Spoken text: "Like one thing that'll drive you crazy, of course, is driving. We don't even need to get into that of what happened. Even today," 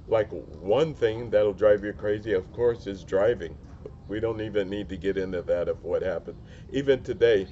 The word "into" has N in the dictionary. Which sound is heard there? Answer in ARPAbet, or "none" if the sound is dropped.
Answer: N